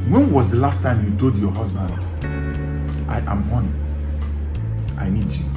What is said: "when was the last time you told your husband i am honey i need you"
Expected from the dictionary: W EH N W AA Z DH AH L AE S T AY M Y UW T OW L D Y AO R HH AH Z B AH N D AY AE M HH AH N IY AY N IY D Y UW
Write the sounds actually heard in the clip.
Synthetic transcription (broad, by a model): W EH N W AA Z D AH L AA S T AY M Y UW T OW D Y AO HH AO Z B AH N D AY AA M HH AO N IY AY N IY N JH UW